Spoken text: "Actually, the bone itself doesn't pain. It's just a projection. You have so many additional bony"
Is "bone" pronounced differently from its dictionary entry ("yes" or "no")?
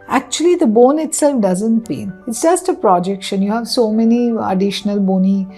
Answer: no